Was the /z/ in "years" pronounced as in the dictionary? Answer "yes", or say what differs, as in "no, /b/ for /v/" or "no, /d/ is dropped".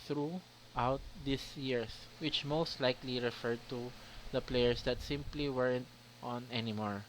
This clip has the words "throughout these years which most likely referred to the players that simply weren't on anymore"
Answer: no, /s/ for /z/